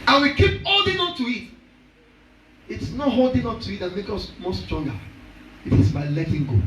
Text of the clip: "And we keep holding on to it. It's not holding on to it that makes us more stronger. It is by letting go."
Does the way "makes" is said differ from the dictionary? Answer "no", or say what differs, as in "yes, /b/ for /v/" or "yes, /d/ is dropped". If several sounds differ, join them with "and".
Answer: yes, /s/ is dropped